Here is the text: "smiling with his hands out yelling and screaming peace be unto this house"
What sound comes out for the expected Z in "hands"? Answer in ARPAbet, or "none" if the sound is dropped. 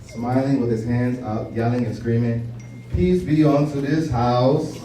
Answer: Z